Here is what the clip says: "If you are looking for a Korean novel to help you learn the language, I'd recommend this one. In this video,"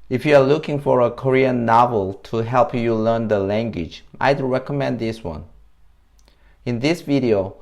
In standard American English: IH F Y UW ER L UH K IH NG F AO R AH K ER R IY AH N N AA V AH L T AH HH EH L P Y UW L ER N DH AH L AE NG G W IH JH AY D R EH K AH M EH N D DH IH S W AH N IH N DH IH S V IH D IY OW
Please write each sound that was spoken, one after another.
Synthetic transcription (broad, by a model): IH F Y UW ER L UH K IH NG F AO R AH K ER R IY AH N N AA V AH L T AH HH EH L P Y UW L ER N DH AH L AE NG G W IH JH AY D R EH K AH M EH N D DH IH S W AH N IH N DH IH S V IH D IY OW